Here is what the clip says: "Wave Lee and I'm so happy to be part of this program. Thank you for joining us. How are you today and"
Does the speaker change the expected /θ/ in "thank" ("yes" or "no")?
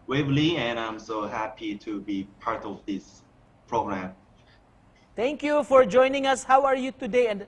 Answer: yes